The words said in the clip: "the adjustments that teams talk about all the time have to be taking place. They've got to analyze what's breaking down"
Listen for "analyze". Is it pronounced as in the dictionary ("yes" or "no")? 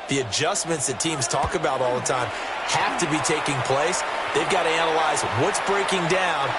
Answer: yes